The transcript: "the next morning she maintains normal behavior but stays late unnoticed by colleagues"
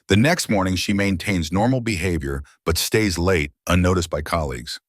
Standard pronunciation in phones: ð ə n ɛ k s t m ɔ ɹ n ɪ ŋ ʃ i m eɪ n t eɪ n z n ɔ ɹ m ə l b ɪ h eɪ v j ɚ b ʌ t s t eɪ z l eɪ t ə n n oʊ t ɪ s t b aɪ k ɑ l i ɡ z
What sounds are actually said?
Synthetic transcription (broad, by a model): ð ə n ɛ k s t m ɔ ɹ n ɪ ŋ ʃ i m eɪ n t eɪ n z n ɔ ɹ m l b ɪ h eɪ v j ɚ b ʌ t s t eɪ z l eɪ t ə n n oʊ t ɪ s b aɪ k ɑ l i ɡ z